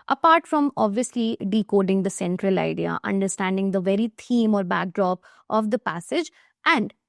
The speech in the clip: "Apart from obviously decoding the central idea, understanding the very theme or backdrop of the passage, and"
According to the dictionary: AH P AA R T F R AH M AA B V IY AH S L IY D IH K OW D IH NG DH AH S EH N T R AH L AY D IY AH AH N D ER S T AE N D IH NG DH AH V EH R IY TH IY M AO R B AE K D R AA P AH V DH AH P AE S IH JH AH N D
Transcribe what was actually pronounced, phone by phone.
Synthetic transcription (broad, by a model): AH P AA R T F R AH M AA B V IY AH S L IY D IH K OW D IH NG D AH S EH N T R AH L AY D IY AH AH N D ER S T AE N D IH NG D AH V EH R IY T IY M AO R B AE K D R AA P AH V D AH P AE S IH JH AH N D